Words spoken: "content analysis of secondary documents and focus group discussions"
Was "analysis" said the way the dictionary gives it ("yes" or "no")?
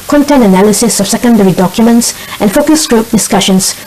yes